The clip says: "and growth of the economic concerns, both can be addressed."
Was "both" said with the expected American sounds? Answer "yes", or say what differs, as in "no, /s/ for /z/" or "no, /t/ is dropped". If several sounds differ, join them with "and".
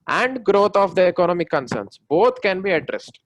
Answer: no, /t/ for /θ/